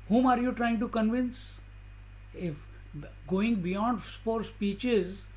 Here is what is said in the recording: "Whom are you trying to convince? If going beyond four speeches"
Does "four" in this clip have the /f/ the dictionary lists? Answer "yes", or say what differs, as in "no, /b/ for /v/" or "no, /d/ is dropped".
no, /p/ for /f/